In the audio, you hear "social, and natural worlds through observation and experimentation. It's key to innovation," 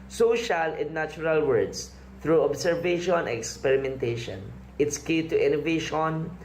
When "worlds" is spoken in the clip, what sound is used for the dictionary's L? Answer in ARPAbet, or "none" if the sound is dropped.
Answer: none